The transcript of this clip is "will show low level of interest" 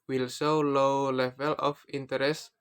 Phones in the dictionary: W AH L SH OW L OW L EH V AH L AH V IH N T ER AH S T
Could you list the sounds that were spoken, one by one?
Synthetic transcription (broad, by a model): W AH L S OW L OW L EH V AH L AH F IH N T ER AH S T